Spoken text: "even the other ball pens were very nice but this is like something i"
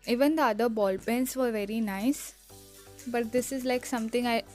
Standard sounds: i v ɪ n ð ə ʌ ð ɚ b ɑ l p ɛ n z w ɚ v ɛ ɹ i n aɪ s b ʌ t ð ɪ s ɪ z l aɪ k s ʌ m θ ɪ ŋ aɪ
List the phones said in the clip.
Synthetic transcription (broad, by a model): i v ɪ n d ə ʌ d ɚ b ɑ l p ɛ n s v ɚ v ɛ ɹ i n aɪ s b ʌ t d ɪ s ɪ z l aɪ k s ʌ m t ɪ ŋ aɪ